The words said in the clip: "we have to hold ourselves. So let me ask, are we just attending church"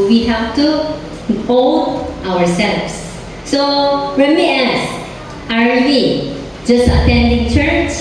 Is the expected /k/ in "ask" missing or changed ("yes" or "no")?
yes